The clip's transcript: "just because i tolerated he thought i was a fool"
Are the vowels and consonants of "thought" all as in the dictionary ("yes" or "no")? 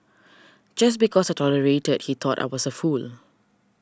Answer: no